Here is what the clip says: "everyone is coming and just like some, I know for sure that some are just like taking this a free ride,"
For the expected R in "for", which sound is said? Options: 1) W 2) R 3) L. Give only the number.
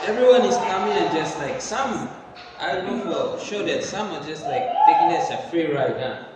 3